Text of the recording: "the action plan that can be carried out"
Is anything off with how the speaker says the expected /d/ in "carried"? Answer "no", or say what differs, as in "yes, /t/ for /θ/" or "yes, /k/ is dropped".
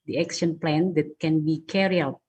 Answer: yes, /d/ is dropped